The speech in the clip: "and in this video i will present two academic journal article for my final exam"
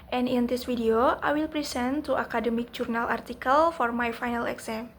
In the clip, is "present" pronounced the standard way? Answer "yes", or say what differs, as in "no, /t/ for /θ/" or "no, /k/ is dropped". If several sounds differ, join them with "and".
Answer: no, /s/ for /z/